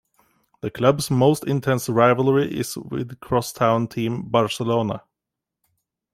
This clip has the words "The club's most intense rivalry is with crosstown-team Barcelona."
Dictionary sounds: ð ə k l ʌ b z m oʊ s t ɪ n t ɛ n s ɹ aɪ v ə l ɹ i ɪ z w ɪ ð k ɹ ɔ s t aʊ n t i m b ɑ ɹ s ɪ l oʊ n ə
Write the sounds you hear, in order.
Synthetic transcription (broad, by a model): ð ə k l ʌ b s m oʊ s t ɪ n t ɛ n s ɹ aɪ v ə l ɹ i ɪ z w ɪ ð k ɹ ɔ s t aʊ n t i m b ɑ ɹ s ɪ l oʊ n ə